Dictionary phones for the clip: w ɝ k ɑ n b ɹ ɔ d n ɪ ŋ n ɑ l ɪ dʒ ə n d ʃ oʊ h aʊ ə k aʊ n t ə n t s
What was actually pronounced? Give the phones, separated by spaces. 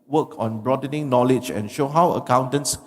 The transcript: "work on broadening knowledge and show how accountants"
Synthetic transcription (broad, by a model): w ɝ k ɑ n b ɹ ɔ d n ɪ ŋ n ɑ l ɪ dʒ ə n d ʃ oʊ h aʊ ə k aʊ n t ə n s